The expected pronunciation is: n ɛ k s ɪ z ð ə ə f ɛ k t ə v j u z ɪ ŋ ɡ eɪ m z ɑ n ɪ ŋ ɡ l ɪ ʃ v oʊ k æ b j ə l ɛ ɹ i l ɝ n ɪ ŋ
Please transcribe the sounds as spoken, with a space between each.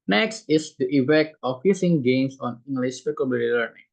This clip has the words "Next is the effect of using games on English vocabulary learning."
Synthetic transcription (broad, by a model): n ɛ k s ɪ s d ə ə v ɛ t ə f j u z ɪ ŋ ɡ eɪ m s ɑ n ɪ ŋ ɡ l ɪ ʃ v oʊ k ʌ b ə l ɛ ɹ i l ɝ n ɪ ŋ